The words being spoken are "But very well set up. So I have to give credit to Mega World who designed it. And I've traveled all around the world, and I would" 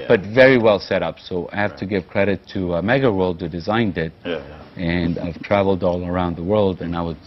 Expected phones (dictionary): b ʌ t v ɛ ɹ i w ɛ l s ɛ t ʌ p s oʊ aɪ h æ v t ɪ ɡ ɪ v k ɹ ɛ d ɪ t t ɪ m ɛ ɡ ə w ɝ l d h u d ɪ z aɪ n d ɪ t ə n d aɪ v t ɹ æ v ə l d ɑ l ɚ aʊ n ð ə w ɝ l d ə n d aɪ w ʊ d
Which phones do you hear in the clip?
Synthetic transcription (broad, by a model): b ʌ t v ɛ ɹ i w ɛ l s ɛ t ʌ p s oʊ aɪ h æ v t ɪ ɡ ɪ v k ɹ ɛ d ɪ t t ɪ m ɛ ɡ ə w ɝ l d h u d ɪ z aɪ n d ɪ t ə n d aɪ v t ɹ æ v l d ɑ l ɚ aʊ n ð ə w ɝ l d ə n aɪ w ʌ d